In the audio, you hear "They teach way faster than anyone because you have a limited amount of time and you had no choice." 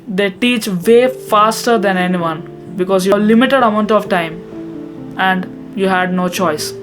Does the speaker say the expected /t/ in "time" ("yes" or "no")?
yes